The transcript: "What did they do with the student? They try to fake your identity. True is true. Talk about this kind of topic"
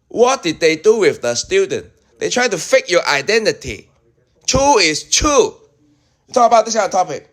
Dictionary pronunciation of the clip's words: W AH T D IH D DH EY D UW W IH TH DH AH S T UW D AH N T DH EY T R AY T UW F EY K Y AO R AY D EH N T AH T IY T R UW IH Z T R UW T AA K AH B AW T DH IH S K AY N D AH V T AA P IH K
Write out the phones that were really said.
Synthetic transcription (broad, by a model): W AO T D IH D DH EY D UW W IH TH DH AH S T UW D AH N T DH EY T R AY T UW F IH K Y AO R AY D EH N T AH T IY T R UW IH S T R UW T AA K AH B AW T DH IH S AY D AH T AA P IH K